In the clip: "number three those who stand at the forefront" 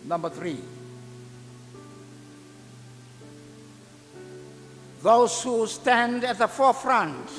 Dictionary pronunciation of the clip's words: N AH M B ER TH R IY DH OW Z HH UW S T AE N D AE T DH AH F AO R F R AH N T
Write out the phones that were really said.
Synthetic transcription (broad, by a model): N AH M B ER TH R IY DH OW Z HH UW S T AE N D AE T DH AH F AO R F R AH N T